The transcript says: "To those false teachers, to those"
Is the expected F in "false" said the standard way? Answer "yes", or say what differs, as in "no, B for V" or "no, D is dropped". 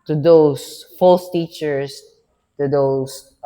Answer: yes